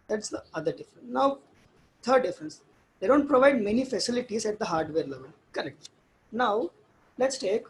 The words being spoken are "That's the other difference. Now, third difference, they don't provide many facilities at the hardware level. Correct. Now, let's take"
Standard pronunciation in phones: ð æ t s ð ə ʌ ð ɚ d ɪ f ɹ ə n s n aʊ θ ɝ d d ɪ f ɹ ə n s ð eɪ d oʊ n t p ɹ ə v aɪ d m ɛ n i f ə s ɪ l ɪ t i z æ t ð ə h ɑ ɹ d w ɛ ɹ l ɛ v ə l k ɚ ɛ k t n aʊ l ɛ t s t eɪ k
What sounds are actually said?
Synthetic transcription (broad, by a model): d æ t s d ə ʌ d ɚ d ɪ f ɹ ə n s n aʊ t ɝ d d ɪ f ɹ ə n s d eɪ d oʊ n t p ɹ ə v aɪ d m ɛ n i f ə s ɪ l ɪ t i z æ t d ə h ɑ ɹ d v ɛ ɹ l ɛ v ə l k ɚ ɛ k t n aʊ l ɛ t s t eɪ k